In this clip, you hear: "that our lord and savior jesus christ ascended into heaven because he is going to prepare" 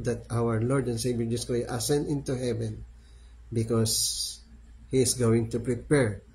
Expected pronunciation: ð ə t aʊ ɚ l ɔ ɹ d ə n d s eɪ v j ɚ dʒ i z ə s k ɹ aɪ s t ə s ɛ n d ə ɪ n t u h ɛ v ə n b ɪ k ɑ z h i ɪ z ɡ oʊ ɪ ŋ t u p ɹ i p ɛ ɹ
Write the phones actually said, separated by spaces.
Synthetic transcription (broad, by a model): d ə t aʊ ɚ l ɔ ɹ d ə n s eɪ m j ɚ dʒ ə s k ɔ t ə s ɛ n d ɪ n t u h ɛ v ə n b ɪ k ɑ s h i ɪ s ɡ oʊ ɪ ŋ t u p ɹ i p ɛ ɹ